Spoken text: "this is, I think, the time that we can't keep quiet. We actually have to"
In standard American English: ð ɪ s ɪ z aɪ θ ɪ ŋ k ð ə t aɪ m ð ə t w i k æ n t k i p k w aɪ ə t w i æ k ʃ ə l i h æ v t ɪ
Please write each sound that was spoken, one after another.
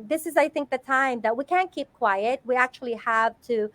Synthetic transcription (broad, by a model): ð ɪ s ɪ z aɪ θ ɪ ŋ k ð ə t aɪ m ð ə t w i k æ n k i p k w aɪ ə t w i æ k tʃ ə l i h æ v t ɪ